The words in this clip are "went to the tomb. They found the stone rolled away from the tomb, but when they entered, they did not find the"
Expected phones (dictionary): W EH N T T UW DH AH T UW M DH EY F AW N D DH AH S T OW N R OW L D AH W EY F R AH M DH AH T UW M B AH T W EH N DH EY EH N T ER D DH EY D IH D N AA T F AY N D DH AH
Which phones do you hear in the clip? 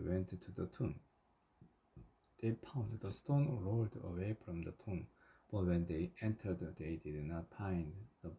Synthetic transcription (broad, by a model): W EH N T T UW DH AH T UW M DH EY P AW N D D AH S T OW N R OW L D AH W EY F R AH M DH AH T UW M B AH T W EH N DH EY EH N T ER D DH EY D IH D N AA T P AY N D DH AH